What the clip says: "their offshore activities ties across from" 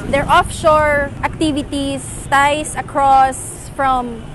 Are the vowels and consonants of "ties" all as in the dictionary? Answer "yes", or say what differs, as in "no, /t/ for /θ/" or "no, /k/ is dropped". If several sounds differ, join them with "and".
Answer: no, /s/ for /z/